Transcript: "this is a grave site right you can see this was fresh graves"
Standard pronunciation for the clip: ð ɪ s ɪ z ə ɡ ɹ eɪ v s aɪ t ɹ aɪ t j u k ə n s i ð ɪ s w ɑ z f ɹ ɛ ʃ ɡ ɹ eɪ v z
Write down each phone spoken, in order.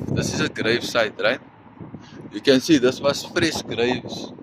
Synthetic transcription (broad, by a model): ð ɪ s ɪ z ə ɡ ɹ eɪ v s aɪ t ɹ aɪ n j u k ə n s i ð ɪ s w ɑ s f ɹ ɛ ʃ ɡ ɹ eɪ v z